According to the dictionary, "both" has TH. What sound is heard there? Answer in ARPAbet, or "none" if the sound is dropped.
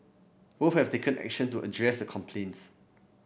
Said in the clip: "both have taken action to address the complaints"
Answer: F